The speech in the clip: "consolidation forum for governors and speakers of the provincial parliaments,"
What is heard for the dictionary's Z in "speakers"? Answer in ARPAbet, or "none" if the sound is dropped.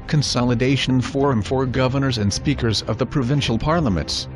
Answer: Z